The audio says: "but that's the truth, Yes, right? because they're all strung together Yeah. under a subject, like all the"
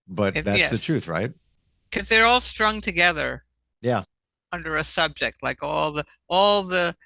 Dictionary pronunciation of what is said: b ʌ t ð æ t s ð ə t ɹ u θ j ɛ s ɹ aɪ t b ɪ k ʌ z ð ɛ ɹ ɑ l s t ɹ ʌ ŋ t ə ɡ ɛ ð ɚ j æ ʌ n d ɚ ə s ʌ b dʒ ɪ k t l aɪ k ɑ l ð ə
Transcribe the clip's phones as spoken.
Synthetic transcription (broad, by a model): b ʌ t ð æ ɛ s ð ə t ɹ u θ ɹ aɪ t k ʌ z ð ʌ ɹ ɑ l s t ɹ ʌ ŋ t ə ɡ ɛ ð ɚ j æ ʌ n d ɚ ə s ʌ b dʒ ɪ k t l aɪ k ɑ l ð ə